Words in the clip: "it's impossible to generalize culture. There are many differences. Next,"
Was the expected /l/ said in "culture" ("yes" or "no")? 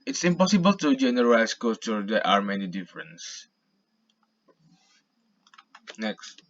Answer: no